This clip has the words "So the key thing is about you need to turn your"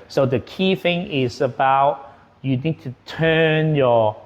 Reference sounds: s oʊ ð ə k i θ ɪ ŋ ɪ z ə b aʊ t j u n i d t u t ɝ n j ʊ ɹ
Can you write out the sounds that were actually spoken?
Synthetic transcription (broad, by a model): s oʊ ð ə k i θ ɪ ŋ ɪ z ə b aʊ t j u n i d t u t ɝ n j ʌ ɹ